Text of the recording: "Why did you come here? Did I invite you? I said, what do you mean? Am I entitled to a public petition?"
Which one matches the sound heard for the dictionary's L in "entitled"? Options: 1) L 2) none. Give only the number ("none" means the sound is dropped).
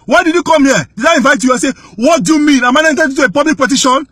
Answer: 2